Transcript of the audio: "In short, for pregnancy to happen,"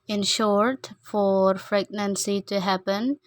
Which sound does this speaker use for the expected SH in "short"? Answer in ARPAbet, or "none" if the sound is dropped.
SH